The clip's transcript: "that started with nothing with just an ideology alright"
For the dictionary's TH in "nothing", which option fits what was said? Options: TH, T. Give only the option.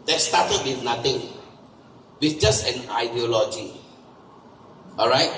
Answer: T